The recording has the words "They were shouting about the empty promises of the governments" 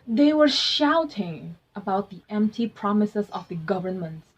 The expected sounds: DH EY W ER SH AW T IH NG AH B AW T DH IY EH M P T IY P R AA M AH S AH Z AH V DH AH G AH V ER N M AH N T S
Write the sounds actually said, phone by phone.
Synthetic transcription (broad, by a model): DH EY W ER SH AW T IH NG AH B AW T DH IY EH M P T IY P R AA M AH S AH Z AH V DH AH G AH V ER N M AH N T